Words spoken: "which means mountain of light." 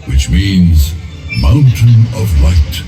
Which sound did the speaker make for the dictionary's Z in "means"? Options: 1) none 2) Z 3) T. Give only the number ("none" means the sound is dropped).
2